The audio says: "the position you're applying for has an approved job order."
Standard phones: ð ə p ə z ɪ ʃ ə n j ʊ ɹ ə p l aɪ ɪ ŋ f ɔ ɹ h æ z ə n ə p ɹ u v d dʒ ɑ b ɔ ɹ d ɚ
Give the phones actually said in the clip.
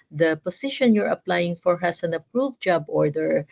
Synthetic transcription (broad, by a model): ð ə p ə s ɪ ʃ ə n j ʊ ɹ ə p l aɪ ɪ ŋ f ɔ ɹ h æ s ə n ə p ɹ u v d dʒ ɑ b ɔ ɹ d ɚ